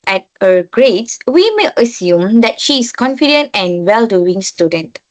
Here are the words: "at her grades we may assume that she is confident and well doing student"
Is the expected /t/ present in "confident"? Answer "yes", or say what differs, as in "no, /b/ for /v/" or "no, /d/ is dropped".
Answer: yes